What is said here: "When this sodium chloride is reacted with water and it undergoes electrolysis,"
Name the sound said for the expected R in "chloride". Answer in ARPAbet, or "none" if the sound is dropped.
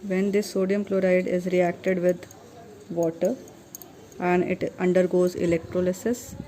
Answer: R